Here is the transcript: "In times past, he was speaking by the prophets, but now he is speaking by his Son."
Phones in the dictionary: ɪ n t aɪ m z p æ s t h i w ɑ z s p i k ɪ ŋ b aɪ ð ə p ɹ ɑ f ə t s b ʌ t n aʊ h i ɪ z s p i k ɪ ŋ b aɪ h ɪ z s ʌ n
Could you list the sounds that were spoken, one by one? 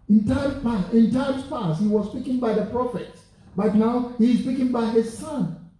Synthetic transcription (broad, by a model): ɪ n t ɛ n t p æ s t h i w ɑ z s p i k ɪ ŋ b aɪ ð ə p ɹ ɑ f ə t b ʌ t n aʊ h i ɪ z s p i k ɪ ŋ b aɪ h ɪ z s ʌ n